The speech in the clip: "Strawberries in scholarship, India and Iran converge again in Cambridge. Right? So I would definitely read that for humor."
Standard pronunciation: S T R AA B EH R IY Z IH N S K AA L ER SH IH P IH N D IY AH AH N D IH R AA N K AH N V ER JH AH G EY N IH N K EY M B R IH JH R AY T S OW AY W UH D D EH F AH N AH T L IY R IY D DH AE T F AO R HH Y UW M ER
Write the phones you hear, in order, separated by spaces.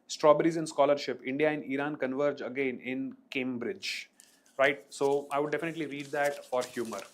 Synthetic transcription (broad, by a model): S T R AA B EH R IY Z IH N S K AA L ER SH IH P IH N D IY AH AH N D IH R AA N K AH N V ER JH AH G EY N IH N K EY M B R IH JH R AY T S OW AY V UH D D EH F AH N AH T L IY R IY D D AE T F AO R HH Y UW M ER